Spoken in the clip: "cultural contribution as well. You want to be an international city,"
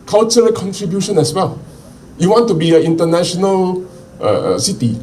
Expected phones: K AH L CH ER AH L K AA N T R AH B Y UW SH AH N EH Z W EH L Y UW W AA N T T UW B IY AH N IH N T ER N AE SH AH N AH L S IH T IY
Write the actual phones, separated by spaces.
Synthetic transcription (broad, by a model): K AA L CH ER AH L K AA N T R AH B Y UW SH AH N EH S W EH L Y UW W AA N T T UW B IY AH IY N T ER N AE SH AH N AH L S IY T IY